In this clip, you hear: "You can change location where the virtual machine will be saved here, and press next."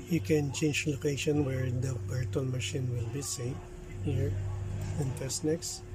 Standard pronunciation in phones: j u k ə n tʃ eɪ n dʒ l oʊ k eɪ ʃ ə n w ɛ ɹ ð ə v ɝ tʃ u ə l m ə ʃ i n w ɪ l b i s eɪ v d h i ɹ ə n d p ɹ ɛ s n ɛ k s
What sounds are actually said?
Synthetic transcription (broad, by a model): j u k ə n tʃ eɪ n dʒ l oʊ k eɪ ʃ ə n w ɛ ɹ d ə b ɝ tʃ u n m ə ʃ i n w ɪ l b i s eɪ h i ɹ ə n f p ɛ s n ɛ k s